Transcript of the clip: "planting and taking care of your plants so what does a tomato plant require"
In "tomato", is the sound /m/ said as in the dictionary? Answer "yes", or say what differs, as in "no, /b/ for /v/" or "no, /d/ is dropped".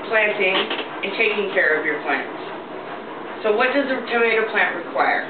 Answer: no, /m/ is dropped